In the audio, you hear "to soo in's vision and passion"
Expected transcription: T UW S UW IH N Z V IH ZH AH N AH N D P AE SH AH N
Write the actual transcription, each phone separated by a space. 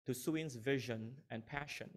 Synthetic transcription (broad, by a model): T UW S UW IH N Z V IH ZH AH N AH N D P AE SH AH N